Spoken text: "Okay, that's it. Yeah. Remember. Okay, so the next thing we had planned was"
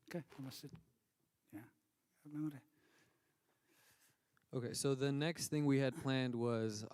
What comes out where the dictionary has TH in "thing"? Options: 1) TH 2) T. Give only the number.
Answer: 1